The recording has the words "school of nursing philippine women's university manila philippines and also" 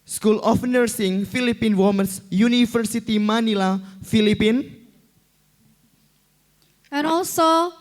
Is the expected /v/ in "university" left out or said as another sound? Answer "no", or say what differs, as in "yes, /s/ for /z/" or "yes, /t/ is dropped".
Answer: yes, /f/ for /v/